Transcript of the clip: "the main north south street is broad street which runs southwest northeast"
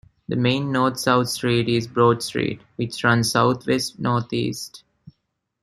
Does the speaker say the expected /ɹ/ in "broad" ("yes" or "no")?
yes